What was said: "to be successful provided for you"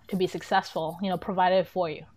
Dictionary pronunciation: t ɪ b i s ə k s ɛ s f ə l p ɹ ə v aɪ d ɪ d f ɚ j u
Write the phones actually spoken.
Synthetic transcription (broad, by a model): t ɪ b i s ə k s ɛ s f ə n p ɹ ə v aɪ d ɪ d f ɚ j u